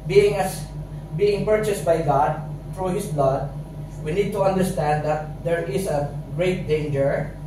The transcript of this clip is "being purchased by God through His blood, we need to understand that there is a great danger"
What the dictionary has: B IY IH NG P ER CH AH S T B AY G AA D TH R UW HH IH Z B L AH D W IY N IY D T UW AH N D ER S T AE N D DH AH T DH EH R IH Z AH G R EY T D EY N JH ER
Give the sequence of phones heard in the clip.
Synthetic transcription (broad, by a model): B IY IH NG P ER CH AH S T B AY G AA D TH R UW HH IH S B L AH D W IY N IY D T UW AH N D ER S T AE N D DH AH T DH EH R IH S AH G R EY T D EY N JH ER